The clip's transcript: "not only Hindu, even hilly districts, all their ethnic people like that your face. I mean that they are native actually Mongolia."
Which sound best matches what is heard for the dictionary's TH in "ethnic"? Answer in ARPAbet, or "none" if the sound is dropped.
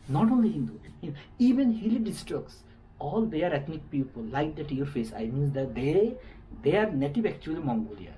T